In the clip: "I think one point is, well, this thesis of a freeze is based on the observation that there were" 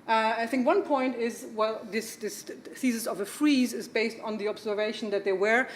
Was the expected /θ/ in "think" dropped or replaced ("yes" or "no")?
no